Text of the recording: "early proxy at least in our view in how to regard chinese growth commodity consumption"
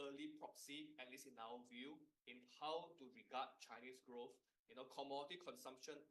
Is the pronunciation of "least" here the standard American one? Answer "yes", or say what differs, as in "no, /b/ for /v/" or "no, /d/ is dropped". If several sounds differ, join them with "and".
no, /t/ is dropped